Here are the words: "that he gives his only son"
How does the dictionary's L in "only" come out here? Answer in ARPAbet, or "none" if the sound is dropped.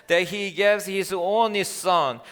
none